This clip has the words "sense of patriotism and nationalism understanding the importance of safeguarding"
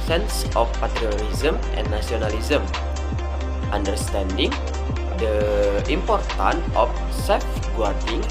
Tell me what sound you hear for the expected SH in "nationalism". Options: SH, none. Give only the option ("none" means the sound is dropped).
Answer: none